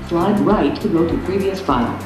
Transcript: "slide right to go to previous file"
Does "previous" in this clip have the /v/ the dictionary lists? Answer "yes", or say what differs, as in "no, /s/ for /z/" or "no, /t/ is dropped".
yes